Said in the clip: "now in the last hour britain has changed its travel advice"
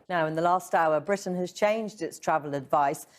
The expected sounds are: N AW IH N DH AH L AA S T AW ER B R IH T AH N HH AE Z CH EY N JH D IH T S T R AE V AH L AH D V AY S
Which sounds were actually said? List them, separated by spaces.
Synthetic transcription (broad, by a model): N AW IH N DH AH L AA S T AW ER B R IH T N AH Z CH EY N JH D IH T S T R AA V AH L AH D V AY S